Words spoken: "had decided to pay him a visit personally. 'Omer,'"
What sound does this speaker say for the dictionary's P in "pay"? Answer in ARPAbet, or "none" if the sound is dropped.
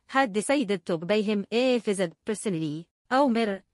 B